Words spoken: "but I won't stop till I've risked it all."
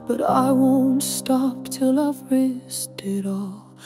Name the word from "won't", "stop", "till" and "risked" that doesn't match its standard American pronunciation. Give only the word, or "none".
risked